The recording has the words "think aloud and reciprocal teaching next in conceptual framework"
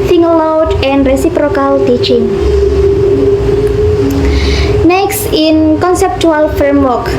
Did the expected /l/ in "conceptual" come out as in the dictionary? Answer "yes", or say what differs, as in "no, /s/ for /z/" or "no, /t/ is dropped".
yes